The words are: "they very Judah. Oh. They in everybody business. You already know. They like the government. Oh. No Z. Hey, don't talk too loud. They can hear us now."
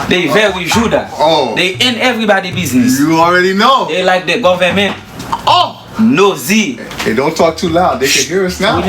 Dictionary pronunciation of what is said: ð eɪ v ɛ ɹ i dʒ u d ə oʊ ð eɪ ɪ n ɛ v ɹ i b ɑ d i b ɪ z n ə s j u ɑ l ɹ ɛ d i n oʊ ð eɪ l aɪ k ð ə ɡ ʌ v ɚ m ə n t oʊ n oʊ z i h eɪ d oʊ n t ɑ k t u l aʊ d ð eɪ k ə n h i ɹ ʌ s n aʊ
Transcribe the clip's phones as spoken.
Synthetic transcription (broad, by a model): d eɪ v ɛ w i dʒ u d ə oʊ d eɪ ɪ n ɛ v ɹ i b ɑ d i b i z n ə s j u ɑ l ɹ ɛ d i n oʊ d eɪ l aɪ k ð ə ɡ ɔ v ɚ m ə n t oʊ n oʊ z i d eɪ d oʊ n t ɑ k t u l aʊ d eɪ k ə n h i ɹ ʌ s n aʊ